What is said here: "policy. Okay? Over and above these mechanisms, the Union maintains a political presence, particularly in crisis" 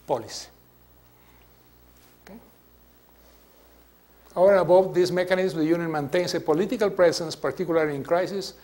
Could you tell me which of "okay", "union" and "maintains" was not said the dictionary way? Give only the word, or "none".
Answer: maintains